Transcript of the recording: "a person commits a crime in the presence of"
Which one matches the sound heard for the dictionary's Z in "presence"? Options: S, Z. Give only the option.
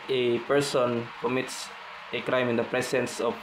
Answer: S